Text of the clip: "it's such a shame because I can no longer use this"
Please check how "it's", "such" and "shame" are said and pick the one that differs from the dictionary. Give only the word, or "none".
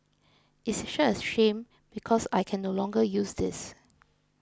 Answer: such